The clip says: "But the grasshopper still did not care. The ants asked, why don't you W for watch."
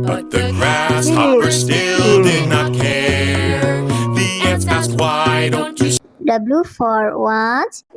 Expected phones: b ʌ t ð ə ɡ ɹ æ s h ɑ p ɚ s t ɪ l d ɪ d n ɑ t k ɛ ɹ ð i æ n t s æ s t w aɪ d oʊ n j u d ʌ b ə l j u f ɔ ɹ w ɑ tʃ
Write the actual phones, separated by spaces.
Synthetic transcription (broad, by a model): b ʌ t ð ə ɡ ɹ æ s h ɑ ɚ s t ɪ l d ɪ d n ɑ t k ɛ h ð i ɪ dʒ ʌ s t w aɪ d oʊ n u d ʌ b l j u f ɔ ɹ w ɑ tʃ